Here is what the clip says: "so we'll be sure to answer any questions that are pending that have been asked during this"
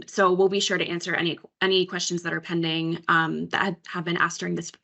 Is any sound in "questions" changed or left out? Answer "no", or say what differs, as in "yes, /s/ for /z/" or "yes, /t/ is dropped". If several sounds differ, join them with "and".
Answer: no